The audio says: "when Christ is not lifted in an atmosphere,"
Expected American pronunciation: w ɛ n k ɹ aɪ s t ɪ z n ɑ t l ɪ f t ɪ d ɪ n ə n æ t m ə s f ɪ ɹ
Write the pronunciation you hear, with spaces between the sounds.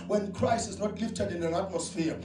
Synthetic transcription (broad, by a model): w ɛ n k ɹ aɪ s ɪ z n ɑ t l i f t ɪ d ɪ n ə n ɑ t m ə s f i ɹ